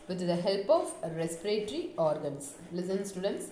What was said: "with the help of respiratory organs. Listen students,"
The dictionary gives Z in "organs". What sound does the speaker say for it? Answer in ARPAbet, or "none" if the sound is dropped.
S